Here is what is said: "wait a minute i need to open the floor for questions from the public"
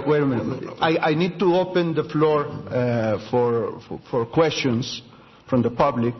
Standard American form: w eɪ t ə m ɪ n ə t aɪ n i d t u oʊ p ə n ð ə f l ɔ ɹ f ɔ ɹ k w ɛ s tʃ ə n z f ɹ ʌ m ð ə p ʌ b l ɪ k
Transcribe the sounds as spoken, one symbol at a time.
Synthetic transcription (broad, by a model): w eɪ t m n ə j aɪ n i d t u oʊ p ə n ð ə f l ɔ ɹ f ɔ ɹ k w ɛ s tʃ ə n s f ɹ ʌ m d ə p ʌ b l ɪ k